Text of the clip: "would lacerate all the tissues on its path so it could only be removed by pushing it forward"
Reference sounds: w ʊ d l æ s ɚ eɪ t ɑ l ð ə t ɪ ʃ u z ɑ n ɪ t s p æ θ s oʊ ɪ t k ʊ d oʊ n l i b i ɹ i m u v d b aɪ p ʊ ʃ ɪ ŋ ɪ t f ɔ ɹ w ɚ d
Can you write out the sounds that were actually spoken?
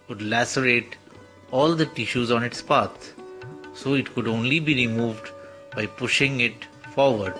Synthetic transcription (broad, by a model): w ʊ d l æ s ɚ eɪ t ɑ l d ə t ɪ ʃ u z ɑ n ɪ t s p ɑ t s oʊ ɪ t k ʊ d oʊ n l i b i ɹ i m u v d b aɪ p ʊ ʃ ɪ ŋ ɪ t f ɔ ɹ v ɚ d